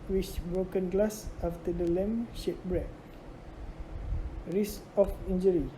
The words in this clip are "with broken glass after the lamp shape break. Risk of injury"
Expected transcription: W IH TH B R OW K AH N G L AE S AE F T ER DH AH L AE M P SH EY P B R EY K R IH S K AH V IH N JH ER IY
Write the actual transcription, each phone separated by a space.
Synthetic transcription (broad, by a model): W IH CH B R OW K AH N G L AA S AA F T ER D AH L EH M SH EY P B R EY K R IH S AH F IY N JH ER IY